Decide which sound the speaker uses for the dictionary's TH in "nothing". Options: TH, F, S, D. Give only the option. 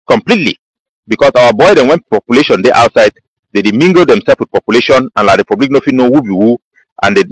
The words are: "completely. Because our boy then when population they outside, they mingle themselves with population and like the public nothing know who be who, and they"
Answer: F